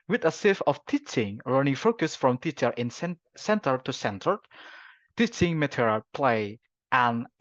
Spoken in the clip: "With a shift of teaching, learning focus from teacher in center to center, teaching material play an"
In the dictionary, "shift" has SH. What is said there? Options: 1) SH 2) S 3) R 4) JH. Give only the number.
2